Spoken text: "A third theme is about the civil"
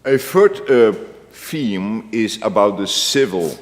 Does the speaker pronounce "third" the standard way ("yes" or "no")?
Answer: no